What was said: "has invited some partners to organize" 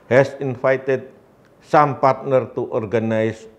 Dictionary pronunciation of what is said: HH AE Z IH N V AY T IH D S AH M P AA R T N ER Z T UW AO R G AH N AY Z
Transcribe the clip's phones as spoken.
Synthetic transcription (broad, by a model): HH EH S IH N F AY T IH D S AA M P AA R T N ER T UW AO R G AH N AY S